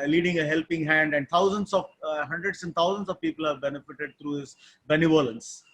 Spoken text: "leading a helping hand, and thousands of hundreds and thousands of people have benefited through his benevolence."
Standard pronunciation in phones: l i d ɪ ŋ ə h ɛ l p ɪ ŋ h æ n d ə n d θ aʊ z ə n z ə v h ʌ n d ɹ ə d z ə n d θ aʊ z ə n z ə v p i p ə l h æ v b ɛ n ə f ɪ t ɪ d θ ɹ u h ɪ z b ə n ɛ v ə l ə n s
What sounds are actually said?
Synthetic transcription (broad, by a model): l i d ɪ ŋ ə h ɛ l p ɪ ŋ h æ n d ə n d t aʊ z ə n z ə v h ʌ n d ɹ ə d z ə n d t aʊ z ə n s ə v p i p ə l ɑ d b ɛ n ə f ɪ t ɪ d t ɹ u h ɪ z b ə n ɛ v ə l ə n s